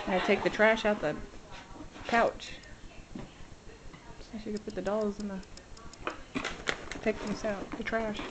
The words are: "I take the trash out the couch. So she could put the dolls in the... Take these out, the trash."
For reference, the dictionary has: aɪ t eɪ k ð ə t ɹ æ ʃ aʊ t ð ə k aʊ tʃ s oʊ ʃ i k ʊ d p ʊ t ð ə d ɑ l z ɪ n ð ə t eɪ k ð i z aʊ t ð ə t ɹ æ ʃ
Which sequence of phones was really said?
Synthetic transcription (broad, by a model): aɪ t eɪ k ð ə t ɹ æ ʃ aʊ t ð ə k aʊ tʃ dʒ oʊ s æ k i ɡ p ʊ t ð ə d ɑ l z ɪ n ð ə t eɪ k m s aʊ t ð ə t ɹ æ ʃ